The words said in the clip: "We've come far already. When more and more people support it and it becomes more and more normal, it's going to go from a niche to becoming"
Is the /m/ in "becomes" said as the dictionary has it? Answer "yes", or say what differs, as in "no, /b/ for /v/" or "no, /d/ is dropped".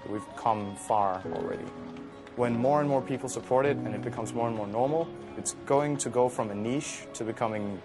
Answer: yes